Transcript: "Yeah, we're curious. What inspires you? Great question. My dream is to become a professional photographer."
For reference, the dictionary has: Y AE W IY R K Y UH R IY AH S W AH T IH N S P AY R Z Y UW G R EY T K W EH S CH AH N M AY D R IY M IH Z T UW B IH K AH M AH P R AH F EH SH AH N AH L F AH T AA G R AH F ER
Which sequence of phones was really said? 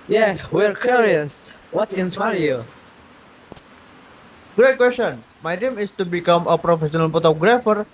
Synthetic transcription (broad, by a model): Y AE W IY R K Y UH R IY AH S W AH T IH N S AY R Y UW G R EY T K W EH S CH AH N M AY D IY M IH S T UW B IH K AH M AH P R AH F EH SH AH N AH L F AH T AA G R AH F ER